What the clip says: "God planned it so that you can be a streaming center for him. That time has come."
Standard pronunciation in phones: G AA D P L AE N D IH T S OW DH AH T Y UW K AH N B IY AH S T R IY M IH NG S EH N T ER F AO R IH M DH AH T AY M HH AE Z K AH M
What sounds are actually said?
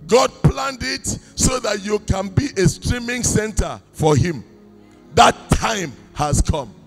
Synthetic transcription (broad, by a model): G AA D P L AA N D IH T S OW DH AH T Y UW K AH N B IY AH S T R IY M IH NG S EH N T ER F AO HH IH M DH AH T AY M HH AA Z K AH M